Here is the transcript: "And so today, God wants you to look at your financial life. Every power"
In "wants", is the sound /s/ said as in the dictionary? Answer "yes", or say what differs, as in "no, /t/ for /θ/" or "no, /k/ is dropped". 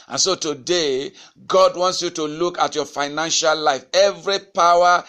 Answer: yes